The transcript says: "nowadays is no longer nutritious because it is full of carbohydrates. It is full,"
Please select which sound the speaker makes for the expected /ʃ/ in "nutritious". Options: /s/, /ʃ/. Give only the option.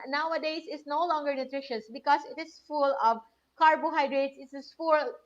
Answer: /ʃ/